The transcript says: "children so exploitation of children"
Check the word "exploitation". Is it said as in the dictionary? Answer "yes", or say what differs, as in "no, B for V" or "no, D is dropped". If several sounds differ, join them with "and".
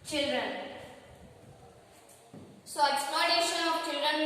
no, L is dropped